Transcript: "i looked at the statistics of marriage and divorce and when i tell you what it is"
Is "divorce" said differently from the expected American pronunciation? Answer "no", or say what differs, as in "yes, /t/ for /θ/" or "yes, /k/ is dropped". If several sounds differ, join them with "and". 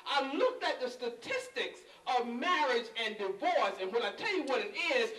no